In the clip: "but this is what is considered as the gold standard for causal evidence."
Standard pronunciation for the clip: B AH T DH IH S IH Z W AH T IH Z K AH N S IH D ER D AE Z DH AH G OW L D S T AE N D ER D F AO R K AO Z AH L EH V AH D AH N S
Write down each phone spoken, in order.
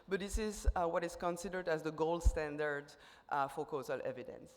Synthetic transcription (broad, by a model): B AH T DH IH S IH Z W AH T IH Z K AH N S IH D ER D AE Z DH AH G OW L D S T AE N D ER D F AO R K AO Z AH L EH V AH D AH N S